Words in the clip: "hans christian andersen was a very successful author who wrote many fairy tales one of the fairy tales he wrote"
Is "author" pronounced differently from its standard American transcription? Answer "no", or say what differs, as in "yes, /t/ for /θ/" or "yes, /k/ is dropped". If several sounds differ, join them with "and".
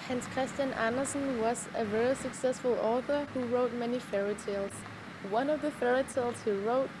no